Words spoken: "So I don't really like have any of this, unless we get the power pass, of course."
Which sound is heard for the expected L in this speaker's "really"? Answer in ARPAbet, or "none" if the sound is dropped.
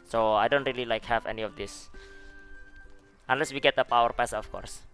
L